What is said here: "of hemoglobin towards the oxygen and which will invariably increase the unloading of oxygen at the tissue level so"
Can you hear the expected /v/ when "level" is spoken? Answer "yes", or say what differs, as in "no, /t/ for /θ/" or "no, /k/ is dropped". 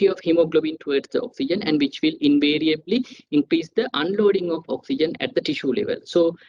yes